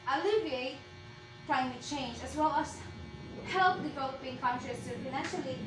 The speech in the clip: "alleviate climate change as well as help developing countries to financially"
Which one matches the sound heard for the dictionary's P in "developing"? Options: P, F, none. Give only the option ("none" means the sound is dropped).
none